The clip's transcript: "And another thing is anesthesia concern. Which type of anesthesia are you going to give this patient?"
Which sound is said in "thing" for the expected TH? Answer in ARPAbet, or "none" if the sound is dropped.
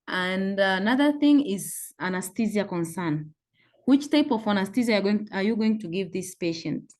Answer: TH